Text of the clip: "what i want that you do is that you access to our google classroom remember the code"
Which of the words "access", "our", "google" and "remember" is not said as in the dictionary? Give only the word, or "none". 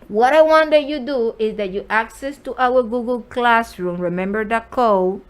none